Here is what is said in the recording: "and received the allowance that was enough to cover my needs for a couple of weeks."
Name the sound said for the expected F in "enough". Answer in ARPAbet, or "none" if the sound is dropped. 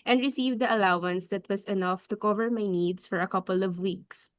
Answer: F